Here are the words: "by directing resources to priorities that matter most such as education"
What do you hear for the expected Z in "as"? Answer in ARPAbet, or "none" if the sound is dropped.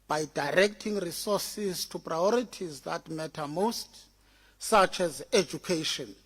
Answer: Z